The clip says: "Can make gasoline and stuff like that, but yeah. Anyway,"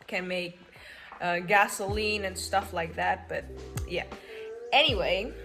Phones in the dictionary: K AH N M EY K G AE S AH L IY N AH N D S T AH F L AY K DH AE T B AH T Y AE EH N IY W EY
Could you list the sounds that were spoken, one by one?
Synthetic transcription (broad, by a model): K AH N M EY K G AE S AH L IY N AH N S T AH F L AY K DH AE T B AH T Y AE EH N IY W EY